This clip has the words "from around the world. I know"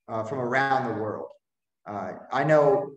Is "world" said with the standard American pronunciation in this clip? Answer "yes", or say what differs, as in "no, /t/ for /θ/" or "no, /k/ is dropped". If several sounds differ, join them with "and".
yes